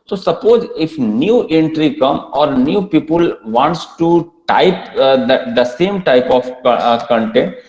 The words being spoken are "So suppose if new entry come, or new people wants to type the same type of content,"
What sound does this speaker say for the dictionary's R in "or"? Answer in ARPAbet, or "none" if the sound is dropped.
R